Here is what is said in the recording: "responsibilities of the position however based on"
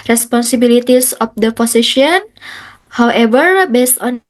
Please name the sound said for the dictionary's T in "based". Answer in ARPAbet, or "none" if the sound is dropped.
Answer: T